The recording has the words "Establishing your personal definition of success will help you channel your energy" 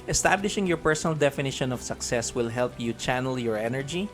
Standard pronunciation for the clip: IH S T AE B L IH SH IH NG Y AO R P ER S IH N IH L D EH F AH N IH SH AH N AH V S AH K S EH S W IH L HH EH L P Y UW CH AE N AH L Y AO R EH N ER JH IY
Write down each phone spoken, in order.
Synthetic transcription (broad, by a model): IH S T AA B L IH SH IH NG Y AO R P ER S IH N IH L D EH F AH N IH SH AH N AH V S AH K S EH S W IH L HH EH L P Y UW CH AE N AH L Y AO R EH N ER JH IY